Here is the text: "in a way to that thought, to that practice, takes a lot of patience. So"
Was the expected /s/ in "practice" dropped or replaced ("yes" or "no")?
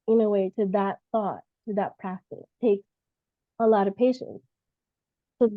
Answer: yes